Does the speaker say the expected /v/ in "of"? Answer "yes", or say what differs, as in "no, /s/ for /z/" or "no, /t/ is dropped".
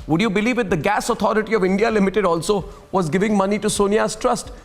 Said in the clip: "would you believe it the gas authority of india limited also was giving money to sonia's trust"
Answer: yes